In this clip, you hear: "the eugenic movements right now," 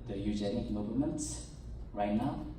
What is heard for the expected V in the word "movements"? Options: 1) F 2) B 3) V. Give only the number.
2